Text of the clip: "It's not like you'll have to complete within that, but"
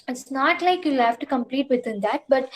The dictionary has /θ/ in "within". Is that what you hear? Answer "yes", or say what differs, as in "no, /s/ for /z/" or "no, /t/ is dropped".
no, /t/ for /θ/